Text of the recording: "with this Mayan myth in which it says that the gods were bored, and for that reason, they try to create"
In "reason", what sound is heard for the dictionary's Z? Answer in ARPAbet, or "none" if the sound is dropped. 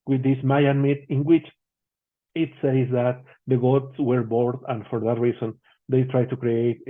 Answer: S